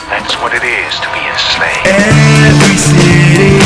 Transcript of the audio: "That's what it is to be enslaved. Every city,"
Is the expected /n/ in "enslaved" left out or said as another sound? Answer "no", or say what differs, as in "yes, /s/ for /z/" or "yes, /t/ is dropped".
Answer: yes, /n/ is dropped